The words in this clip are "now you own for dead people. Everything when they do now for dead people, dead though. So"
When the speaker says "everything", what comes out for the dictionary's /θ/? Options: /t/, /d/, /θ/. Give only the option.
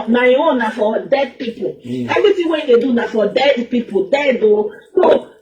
/t/